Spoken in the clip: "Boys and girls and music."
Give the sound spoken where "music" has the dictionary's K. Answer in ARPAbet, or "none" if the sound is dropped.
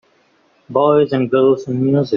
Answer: none